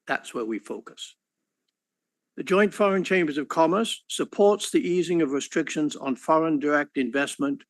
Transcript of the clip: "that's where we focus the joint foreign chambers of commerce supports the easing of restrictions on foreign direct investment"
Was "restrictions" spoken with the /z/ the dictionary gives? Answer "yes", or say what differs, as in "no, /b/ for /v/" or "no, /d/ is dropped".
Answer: yes